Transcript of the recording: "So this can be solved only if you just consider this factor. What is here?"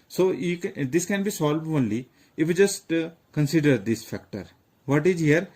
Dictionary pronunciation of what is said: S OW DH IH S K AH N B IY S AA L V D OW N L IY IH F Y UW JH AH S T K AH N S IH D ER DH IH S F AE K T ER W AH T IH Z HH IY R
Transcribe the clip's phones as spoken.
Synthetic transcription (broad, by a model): S OW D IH S K AH N B IY S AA L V OW N L IY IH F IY JH AH S T K AH N S IH D ER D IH S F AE K T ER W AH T IH Z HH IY R